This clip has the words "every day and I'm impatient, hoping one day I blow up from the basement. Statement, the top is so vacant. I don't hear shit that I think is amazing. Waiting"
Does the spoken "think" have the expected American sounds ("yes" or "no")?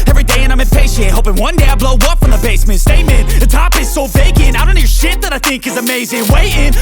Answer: yes